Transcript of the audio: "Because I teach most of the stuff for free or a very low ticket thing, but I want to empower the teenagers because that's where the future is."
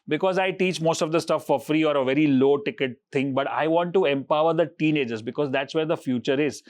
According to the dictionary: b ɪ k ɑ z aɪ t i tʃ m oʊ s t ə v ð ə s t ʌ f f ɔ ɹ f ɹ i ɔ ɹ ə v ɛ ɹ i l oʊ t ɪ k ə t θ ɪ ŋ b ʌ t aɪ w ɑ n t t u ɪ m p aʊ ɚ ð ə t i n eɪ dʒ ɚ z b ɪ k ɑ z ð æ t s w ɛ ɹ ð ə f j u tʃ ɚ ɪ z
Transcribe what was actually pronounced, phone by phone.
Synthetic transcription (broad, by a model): b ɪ k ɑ z aɪ t i tʃ m oʊ s t ə v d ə s t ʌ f f ɔ ɹ f ɹ i ɔ ɹ ə v ɛ ɹ i l oʊ t ɪ k ə t t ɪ ŋ b ʌ t aɪ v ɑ n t t u ɪ m p aʊ ɚ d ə t i n eɪ dʒ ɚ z b ɪ k ɑ z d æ t s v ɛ ɹ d ə f j u tʃ ɚ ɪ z